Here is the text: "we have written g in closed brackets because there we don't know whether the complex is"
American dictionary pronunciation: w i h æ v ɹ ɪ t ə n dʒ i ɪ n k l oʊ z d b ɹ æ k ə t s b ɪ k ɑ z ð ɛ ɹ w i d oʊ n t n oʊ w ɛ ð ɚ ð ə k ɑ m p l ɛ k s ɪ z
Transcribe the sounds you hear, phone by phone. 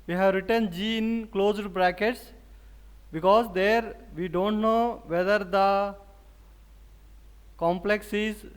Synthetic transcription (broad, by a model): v i h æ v ɹ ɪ t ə n dʒ i ɪ n k l oʊ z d b ɹ æ k ə t s b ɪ k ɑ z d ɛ ɹ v i d oʊ n t n oʊ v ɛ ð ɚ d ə k ɑ m p l ɛ k s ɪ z